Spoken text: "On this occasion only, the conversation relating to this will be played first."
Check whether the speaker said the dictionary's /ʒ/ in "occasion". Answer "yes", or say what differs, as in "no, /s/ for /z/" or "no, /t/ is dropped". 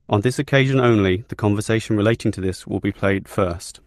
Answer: yes